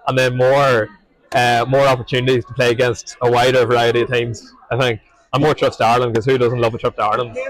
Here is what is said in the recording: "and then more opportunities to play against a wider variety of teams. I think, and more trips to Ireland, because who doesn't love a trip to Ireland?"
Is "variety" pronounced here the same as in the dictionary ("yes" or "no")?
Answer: yes